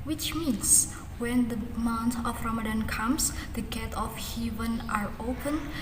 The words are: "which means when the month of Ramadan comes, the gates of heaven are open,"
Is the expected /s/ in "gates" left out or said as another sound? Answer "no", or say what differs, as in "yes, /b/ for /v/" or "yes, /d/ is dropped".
yes, /s/ is dropped